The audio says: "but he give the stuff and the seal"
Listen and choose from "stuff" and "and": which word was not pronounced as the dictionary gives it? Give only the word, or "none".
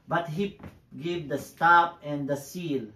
stuff